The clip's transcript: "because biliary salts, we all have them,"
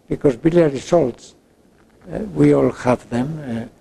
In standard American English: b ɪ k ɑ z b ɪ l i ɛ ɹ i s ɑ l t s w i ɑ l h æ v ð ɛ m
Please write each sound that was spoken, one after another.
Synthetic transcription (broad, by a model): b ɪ k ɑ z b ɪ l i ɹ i s ɑ l t s w i ɑ l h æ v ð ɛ m